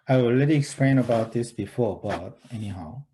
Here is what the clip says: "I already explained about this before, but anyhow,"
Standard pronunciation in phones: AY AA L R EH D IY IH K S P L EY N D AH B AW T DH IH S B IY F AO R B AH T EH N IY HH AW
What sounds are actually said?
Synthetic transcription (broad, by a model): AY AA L L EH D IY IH K S P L EY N AH B AW T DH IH S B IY F AO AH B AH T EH N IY HH AW